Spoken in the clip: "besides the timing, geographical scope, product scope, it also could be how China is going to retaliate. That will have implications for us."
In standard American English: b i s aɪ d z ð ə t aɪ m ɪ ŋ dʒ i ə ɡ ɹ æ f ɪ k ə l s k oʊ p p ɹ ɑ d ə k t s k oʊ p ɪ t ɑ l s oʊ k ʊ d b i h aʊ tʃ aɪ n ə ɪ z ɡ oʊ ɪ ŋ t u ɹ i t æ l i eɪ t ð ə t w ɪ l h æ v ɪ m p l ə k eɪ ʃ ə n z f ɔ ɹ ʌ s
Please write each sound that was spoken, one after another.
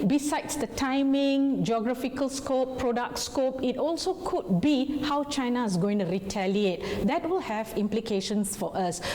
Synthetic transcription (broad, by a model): b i s aɪ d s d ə t aɪ m ɪ ŋ dʒ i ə ɡ ɹ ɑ f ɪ k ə l s k oʊ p p ɹ ɑ d ə k t s k oʊ p ɪ t ɑ l s oʊ k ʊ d b i h aʊ tʃ aɪ n ə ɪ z ɡ oʊ ɪ ŋ t u ɹ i t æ l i eɪ t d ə t w ɪ l h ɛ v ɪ m p l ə k eɪ ʃ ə n s f ɔ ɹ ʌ s